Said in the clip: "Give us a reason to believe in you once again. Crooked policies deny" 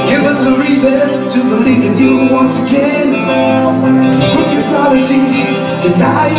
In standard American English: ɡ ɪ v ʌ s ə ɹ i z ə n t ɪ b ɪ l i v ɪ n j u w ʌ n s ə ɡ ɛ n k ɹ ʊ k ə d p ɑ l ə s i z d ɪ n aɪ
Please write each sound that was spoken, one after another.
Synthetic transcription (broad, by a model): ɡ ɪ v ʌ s ə ɹ i z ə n t ɪ b ɪ l i v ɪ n j u w ʌ n s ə ɡ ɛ n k ʊ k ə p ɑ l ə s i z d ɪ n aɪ